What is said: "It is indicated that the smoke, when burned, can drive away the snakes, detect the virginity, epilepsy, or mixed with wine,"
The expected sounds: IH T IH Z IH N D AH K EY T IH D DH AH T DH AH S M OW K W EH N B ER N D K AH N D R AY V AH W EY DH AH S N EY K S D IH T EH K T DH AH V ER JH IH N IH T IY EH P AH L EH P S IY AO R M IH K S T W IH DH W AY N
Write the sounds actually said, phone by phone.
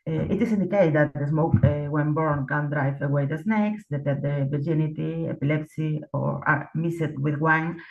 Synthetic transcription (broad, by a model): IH T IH S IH N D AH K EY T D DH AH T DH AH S M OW K W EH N B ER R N K AH N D R AY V AH W EY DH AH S N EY K S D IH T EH T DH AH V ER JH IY N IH T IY EH P AH L EH P S IY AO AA M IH S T W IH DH W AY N